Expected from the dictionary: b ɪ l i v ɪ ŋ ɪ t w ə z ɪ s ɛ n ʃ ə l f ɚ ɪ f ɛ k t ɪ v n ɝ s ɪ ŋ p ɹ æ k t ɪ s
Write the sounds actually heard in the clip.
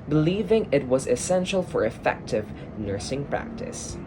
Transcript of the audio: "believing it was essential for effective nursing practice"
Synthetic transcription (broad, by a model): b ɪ l i v ɪ ŋ ɪ t w ə z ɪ s ɛ n ʃ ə l f ɚ ɪ f ɛ k t ɪ v n ɝ s ɪ ŋ p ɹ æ k t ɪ s